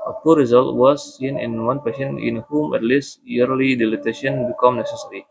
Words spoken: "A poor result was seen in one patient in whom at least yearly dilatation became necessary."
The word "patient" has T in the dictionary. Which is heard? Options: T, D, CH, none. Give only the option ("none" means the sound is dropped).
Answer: none